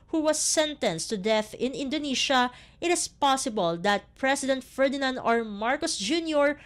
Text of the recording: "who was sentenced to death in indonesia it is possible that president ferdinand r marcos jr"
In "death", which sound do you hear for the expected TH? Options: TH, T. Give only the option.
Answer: TH